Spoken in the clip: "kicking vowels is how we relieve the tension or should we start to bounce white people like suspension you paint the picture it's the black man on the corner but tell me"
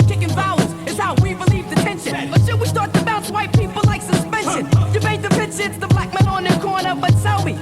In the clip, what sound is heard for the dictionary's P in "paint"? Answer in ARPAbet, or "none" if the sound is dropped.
B